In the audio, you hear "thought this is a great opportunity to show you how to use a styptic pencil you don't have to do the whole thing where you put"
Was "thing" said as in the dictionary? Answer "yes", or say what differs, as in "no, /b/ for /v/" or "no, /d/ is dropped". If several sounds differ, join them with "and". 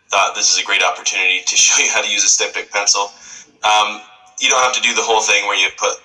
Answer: yes